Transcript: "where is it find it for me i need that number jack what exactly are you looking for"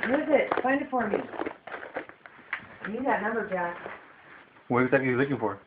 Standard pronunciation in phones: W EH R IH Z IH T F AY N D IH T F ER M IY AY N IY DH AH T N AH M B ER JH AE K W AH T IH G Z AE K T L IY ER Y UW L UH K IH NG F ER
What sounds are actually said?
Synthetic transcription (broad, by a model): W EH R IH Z IH T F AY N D IH T F ER M IY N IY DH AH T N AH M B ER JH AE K W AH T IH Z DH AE T IY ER L UH K IH NG F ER